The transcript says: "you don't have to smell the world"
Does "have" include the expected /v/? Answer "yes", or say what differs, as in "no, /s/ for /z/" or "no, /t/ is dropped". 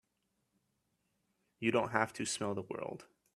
no, /f/ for /v/